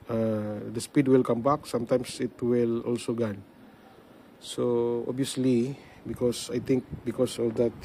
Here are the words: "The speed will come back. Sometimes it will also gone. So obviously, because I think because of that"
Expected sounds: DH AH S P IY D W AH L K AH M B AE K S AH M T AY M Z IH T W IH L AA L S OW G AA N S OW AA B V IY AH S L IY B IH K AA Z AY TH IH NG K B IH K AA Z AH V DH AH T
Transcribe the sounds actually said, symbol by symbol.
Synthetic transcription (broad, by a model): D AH S P IY D W AH L K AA M B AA K S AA M T AY M S IH T W IH L AA L S OW G AA N S OW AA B IY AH S L IY B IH K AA S AY T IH NG K B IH K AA S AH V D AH T